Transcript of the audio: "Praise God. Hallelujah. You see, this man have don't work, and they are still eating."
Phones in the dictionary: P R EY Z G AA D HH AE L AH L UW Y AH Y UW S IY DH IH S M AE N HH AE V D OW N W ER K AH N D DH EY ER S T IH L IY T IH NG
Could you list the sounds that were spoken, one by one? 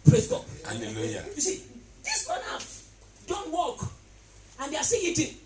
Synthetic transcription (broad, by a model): P R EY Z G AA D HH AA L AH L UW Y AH Y UW S IY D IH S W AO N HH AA F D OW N W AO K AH N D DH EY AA S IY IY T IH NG